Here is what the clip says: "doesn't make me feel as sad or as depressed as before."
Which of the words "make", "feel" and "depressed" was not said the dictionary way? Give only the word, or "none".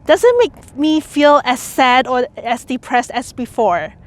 none